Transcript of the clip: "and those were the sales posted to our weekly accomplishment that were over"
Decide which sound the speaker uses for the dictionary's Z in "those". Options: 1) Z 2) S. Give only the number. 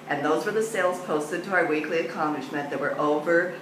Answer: 1